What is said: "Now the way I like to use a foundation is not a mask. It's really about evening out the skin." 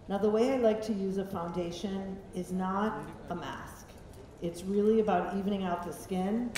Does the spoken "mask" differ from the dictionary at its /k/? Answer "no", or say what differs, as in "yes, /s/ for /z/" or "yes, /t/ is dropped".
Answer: no